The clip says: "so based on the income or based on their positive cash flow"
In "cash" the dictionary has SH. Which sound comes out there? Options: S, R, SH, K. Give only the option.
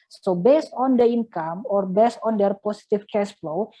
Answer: S